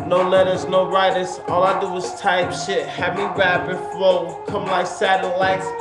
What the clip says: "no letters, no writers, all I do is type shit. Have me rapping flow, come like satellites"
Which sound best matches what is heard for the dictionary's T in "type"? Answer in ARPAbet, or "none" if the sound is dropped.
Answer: T